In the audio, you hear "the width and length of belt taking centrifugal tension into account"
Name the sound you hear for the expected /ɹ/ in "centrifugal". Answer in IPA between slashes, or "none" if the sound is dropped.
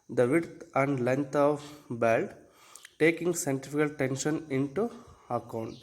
none